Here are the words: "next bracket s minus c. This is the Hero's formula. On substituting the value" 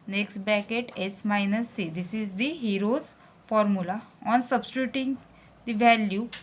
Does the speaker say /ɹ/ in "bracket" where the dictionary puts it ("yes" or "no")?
no